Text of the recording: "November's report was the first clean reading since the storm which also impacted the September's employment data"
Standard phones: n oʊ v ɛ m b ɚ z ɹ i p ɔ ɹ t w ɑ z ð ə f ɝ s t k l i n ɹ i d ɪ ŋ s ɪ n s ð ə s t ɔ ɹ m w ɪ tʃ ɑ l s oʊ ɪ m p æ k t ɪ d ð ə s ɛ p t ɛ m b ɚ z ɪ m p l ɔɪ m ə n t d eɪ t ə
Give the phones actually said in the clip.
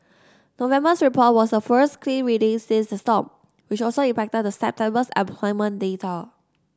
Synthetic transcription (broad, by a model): n oʊ v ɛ m b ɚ s ɹ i p ɔ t w ɑ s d ə f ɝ s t k l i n ɹ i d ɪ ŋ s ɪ s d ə s t ɔ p w ɪ tʃ ɑ l s oʊ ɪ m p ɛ k t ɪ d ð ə s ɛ p t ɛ m b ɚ s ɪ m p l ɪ m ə n d eɪ t ə